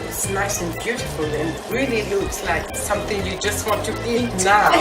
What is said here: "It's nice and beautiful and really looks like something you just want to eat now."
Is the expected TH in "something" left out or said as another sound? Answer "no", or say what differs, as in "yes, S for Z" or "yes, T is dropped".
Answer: no